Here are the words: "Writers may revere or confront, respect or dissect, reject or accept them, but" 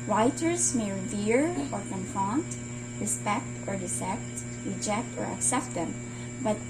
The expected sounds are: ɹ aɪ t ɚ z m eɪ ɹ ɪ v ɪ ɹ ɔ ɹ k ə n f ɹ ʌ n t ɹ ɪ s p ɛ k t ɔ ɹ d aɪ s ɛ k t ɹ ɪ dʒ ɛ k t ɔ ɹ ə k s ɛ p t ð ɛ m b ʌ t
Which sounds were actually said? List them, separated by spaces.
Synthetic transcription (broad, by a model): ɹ aɪ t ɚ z m eɪ ɹ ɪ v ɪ ɹ ɔ ɹ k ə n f ɑ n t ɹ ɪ s p ɛ k t ɔ ɹ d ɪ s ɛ k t ɹ ɪ dʒ ɛ k t ɔ ɹ ə k s ɛ p t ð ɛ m b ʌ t